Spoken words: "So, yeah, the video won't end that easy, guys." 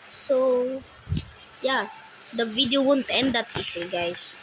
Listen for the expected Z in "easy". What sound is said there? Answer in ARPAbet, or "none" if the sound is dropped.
S